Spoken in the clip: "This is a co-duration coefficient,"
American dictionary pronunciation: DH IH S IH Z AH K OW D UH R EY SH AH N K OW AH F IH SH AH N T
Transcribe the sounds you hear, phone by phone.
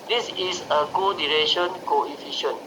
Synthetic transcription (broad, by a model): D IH S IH S AH K OW D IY R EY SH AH N K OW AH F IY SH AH N